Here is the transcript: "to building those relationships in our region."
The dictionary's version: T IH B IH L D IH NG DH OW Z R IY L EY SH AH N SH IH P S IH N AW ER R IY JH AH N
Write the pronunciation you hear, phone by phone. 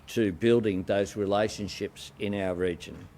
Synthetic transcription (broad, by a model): T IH B IH L D IH NG DH OW Z R IY L EY SH AH N SH IH P S IH N AW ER R IY JH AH N